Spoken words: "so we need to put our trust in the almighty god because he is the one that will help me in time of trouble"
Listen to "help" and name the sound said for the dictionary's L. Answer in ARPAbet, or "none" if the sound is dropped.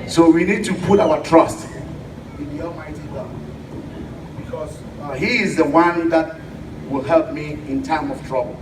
L